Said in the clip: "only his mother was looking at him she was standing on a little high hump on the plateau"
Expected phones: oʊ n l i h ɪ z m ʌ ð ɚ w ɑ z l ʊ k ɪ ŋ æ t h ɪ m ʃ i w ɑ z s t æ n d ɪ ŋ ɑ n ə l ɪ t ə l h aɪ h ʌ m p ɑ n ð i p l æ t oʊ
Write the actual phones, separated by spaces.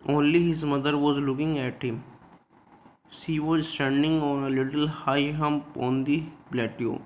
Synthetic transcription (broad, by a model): oʊ n l i h ɪ z m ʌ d ɚ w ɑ z l ʊ k ɪ ŋ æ t h ɪ m s i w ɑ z s t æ n d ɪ ŋ ɑ n ə l ɪ t ə l h aɪ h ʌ m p ɑ n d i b l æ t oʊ